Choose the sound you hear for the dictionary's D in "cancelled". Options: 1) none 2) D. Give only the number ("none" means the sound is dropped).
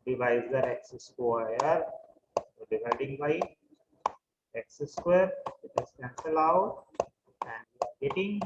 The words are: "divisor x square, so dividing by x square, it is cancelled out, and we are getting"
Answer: 1